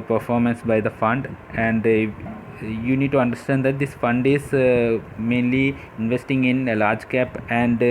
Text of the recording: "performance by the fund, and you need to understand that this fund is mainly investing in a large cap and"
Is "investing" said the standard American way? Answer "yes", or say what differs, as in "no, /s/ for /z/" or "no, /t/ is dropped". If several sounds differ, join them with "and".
yes